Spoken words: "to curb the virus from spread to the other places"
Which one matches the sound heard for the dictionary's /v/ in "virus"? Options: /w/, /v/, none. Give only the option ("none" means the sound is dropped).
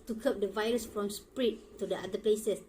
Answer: /v/